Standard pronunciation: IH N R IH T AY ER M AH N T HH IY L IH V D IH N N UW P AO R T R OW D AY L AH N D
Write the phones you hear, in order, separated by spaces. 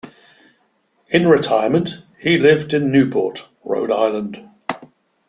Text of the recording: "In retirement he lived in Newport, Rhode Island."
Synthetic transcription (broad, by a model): IH N R IH T AY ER M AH N T HH IY L IH V D IH N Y UW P AO T R OW D AY L AH N D